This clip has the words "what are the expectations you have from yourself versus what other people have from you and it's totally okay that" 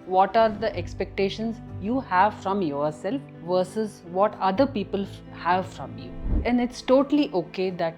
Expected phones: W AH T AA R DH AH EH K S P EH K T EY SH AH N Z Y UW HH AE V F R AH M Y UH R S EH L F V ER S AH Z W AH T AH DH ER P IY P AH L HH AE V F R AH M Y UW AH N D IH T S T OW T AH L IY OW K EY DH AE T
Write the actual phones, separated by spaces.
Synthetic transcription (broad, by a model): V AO T AA R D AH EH K S P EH K T EY SH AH N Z Y UW HH AE V F R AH M Y UH R S EH L F V ER S AH Z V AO T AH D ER P IY P AH L HH AE V F R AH M Y UW AH N D IH T S T OW T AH L IY OW K EY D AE T